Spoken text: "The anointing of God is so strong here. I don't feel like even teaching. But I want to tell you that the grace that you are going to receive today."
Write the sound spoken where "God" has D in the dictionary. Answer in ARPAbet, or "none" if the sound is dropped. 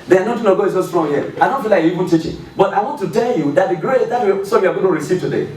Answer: none